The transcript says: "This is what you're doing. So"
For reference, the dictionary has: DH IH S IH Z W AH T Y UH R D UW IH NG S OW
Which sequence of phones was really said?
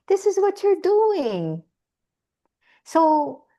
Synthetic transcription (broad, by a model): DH IH S IH Z W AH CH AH R D UW IH NG S OW